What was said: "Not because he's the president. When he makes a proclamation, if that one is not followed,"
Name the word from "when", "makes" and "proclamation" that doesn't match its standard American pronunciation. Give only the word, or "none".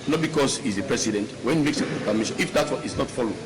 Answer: proclamation